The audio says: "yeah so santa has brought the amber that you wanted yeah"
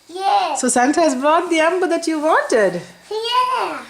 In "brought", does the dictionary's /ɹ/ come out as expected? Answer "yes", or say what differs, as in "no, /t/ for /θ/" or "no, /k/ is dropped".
yes